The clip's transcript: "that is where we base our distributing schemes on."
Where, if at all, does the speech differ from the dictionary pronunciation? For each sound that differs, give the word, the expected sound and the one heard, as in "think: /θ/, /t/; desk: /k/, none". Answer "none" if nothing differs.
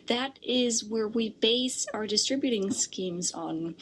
none